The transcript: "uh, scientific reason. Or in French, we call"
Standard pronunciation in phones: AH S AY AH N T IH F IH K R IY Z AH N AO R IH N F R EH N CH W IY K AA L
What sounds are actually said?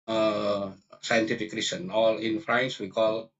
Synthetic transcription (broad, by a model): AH S AY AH N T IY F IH K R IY S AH N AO L IH N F R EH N S W IY K AA L